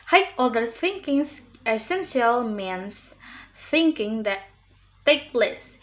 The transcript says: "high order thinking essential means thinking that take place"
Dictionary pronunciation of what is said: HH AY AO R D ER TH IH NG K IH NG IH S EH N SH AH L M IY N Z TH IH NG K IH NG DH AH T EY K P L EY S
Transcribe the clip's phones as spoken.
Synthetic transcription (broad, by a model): HH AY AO L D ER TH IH NG K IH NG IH S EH N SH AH L M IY N S TH IH NG K IH NG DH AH T EY K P L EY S